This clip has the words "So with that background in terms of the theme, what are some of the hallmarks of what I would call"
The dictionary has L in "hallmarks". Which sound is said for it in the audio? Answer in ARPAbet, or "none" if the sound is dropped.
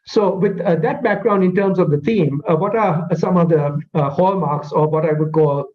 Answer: L